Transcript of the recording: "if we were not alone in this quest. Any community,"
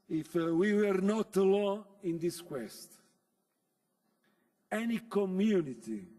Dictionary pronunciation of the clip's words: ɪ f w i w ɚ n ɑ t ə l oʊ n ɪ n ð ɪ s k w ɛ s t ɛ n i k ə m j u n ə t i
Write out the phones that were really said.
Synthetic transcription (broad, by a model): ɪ f w i w ɚ n ɑ t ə l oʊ ɪ n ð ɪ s k w ɛ s t ɛ n i k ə m j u n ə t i